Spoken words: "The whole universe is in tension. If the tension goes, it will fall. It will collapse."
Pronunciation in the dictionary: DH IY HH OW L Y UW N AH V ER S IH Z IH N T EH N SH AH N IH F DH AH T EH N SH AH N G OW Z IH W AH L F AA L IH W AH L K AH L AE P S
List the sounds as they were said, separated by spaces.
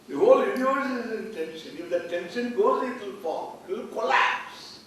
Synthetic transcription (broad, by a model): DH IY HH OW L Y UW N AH AO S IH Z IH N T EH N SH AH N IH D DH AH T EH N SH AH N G OW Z IH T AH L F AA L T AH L K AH L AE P S